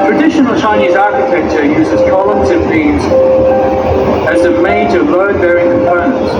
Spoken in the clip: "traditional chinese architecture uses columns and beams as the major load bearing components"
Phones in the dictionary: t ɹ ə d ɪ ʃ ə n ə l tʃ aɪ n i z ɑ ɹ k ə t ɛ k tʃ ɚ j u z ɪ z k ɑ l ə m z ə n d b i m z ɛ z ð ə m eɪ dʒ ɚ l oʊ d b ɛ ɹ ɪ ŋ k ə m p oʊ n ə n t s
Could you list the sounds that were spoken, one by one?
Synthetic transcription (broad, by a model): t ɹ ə d ɪ ʃ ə n ə l tʃ aɪ n i z ɑ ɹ k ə t ɛ k tʃ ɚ j u z ɪ z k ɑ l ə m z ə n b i z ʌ z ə m eɪ dʒ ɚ l oʊ d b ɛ ɹ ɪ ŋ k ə m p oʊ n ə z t